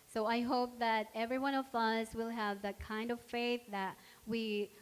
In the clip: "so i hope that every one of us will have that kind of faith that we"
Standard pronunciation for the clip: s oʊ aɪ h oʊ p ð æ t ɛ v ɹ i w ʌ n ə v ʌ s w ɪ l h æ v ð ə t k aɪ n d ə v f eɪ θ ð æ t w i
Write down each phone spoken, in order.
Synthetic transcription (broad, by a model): s oʊ aɪ h oʊ p ð æ t ɛ v ɹ i w ʌ n ə v ʌ s w ɪ l h æ v ð ə t k aɪ n d ə v f eɪ θ ð æ t w i